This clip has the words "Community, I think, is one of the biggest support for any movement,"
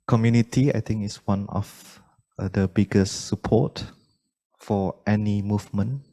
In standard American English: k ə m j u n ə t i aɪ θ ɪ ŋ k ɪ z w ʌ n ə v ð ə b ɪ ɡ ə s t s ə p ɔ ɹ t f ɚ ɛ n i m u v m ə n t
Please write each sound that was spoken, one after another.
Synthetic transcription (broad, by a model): k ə m j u n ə t i aɪ t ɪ ŋ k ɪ s w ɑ n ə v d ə b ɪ ɡ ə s s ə p ɔ t f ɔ ɛ n i m u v m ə n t